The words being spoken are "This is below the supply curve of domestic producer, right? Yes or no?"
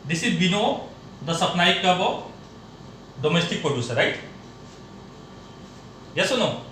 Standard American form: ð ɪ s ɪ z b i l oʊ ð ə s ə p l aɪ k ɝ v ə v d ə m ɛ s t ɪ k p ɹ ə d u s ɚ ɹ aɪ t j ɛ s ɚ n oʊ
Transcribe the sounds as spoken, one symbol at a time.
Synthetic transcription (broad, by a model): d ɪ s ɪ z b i n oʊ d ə s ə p n aɪ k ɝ b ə d ə m ɛ s t ɪ k p ɹ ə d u s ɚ ɹ aɪ t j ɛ s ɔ n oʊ